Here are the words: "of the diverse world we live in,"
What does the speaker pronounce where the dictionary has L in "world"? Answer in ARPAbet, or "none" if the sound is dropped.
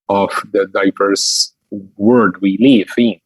none